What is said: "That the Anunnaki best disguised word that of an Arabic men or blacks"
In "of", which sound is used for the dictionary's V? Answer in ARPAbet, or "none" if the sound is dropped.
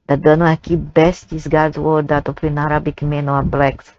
P